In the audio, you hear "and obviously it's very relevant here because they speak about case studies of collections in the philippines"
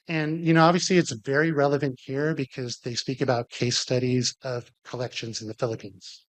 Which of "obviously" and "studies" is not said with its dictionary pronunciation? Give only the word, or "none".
none